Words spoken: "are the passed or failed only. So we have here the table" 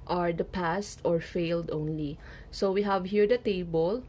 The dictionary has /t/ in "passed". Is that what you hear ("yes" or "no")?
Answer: yes